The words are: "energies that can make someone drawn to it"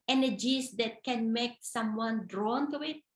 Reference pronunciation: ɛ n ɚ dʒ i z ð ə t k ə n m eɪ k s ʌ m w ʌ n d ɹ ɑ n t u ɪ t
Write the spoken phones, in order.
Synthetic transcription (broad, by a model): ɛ n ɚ dʒ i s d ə t k ə n m eɪ k s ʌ m w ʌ n d ɹ ɑ n t u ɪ t